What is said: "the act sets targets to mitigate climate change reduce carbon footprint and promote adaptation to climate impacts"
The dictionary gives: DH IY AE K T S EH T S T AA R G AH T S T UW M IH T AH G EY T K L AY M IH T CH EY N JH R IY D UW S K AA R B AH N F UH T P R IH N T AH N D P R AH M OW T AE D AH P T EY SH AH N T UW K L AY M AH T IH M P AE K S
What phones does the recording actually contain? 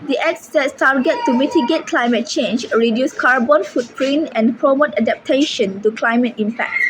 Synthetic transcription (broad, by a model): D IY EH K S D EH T S T AA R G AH T T UW M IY T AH G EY T K L AY M IH T CH EY N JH R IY D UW S K AA R B AH N F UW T P R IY N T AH N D P R AH M OW T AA D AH P T EY SH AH N T UW K L AY M AH T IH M P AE K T